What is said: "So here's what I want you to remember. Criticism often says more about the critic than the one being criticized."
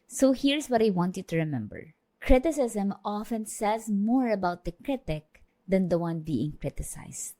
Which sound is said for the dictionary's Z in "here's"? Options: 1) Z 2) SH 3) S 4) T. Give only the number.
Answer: 3